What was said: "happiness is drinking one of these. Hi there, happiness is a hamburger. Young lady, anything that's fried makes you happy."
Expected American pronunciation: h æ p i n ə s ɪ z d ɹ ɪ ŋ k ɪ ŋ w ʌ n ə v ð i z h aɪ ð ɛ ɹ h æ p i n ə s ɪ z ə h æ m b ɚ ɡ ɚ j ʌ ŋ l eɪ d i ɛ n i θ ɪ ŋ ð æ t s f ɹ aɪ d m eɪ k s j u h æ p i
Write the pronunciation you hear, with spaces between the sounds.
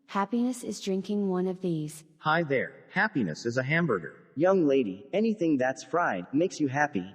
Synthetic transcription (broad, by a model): h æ p i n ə s ɪ z d ɹ ɪ ŋ k ɪ ŋ w ʌ n ə v ð i z h aɪ ð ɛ ɹ h æ p i n ə s ɪ z ə h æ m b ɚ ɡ ɚ j ʌ ŋ l eɪ d i ɛ n i θ ɪ ŋ ð æ t s f ɹ aɪ d m eɪ k s j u h æ p i